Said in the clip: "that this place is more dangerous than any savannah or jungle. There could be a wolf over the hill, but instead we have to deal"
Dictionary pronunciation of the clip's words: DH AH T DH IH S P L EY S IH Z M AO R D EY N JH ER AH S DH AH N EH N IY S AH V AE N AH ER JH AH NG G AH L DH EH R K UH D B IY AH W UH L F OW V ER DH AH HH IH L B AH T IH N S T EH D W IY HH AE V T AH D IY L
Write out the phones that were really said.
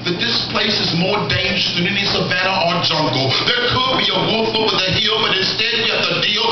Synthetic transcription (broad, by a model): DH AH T DH IH S P L EY S IH Z M AO R D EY N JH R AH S DH AH N EH N IY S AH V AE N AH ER JH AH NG G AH L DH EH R K UH D B IY AH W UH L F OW W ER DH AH HH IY L B AH T IH N S T EH D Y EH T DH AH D IY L